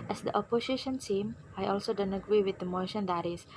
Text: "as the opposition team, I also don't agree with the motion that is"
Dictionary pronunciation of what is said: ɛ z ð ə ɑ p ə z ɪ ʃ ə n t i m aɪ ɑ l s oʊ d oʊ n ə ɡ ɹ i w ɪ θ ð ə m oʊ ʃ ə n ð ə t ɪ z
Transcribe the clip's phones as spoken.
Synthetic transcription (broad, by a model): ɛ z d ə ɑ p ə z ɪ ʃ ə n s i m aɪ ɑ l s oʊ d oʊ n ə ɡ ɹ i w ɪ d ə m oʊ ʃ ə n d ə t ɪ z